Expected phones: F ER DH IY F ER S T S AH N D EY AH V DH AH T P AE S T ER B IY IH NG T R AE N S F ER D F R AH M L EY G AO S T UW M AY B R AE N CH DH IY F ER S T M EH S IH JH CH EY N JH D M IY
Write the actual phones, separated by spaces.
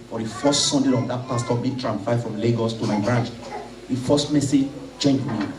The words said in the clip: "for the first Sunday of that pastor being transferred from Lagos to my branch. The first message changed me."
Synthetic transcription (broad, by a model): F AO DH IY F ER S T S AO N D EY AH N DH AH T P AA S T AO B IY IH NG T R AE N F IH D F R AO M L EY G AO S T UW M AY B R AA N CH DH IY F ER S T M EH S IH JH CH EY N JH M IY